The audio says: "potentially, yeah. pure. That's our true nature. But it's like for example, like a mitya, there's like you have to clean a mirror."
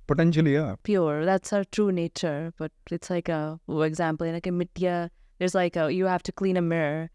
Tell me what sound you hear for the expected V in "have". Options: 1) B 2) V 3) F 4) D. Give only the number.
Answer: 3